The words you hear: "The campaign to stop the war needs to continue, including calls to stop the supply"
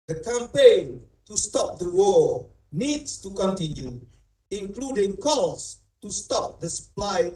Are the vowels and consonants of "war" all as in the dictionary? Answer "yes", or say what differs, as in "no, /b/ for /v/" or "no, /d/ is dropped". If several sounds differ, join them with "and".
no, /l/ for /ɹ/